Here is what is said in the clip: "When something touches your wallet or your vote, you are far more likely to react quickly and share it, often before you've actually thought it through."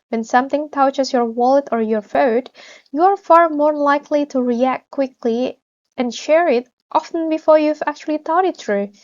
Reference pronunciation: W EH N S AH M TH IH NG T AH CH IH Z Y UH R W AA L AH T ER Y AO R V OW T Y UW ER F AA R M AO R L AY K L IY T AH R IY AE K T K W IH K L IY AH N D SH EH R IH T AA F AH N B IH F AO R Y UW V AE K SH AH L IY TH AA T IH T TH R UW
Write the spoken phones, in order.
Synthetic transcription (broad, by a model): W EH N S AH M TH IH NG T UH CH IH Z Y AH R W AA L AH T ER Y AO R F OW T Y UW ER F AA R M AO R L AY K L IY T AH R IY AE K T K W IH K L IY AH N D SH EH R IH T AA F AH N B IH F AO R Y UW V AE K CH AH L IY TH AA T IH T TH R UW